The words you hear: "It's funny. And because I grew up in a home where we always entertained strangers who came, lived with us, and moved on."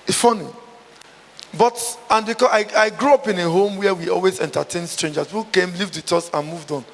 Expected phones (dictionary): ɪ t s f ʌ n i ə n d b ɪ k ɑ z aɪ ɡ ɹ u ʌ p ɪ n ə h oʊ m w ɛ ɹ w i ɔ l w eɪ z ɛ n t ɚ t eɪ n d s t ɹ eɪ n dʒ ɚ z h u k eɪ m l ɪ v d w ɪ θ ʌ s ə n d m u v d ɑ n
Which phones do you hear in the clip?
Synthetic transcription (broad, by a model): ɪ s f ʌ n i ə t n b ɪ k ɑ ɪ aɪ ɡ ɹ u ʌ p ɪ n ə h oʊ m w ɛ w i ɔ l w eɪ z ɛ n t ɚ t eɪ n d s t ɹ eɪ n dʒ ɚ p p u k eɪ m l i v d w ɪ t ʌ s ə n m u v d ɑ n